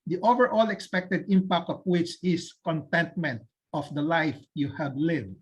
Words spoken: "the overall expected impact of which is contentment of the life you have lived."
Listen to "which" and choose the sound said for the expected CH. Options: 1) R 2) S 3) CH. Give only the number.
3